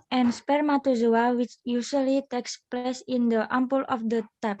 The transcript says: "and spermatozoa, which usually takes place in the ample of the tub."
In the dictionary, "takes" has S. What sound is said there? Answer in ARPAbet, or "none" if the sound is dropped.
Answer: S